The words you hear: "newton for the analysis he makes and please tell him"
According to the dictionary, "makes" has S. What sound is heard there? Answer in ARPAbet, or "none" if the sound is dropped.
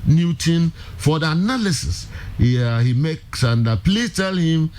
S